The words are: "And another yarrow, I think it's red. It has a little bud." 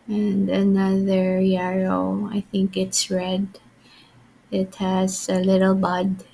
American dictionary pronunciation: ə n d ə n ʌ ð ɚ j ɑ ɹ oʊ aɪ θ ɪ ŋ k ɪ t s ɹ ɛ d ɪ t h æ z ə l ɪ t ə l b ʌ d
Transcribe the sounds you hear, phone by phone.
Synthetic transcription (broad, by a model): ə n d ə n ʌ ð ɚ j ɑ ɹ oʊ aɪ θ ɪ ŋ k ɪ t s ɹ ɛ d ɪ t h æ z ə l ɪ t ə l b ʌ d